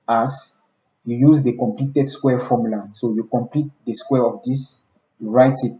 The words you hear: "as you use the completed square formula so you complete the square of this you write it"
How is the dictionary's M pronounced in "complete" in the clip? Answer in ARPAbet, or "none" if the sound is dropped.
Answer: M